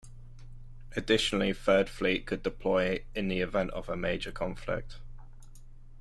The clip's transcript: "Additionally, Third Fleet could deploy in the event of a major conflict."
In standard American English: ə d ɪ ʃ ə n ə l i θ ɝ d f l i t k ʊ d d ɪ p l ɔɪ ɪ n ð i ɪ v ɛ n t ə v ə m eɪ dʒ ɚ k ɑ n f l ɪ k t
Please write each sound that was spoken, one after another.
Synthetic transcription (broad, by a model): ə d ɪ ʃ ə n ə l i f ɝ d f l i t k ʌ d d ɪ p l ɔɪ ɪ n ð i ɪ v ɛ n t ə v ə m eɪ dʒ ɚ k ɑ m f l ɪ k t